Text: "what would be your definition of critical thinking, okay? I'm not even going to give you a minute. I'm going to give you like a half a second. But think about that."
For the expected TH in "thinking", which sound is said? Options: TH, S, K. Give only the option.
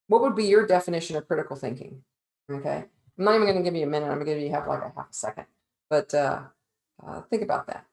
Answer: TH